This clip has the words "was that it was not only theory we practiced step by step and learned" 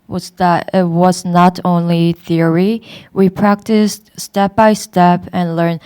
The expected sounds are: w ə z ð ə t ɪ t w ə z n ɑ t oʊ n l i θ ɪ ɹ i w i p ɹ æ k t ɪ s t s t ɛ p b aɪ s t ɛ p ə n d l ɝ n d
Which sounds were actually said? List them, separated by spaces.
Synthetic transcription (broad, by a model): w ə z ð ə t ɪ t w ə z n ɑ t oʊ n l i θ ɪ ɹ i w i p ɹ æ k t ɪ s t s t ɛ p b aɪ s t ɛ p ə n l ɝ n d